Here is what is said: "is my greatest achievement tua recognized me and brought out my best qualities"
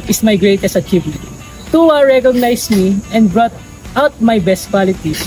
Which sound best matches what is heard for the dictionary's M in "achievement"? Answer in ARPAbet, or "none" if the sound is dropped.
none